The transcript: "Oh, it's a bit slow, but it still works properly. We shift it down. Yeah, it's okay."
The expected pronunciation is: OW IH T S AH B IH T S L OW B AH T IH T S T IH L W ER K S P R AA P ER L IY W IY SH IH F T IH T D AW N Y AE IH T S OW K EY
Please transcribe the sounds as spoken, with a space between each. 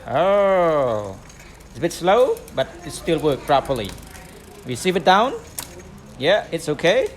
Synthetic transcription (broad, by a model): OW IH T S AH B IH T S L OW B AH T IH T S T IH L W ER K P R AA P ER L IY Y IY S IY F IH T D AW N Y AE IH T S OW K EY